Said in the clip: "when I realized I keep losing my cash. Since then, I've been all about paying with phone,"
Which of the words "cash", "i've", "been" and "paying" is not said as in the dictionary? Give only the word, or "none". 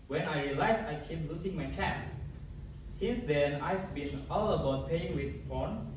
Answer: cash